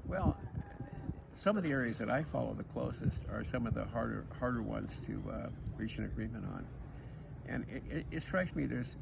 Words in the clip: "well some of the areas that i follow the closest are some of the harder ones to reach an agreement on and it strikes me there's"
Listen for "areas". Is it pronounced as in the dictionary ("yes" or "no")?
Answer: yes